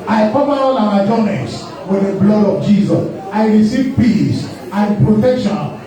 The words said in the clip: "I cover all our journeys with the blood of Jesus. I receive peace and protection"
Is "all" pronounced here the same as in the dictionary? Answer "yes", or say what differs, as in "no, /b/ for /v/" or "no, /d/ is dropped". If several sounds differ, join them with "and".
no, /n/ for /l/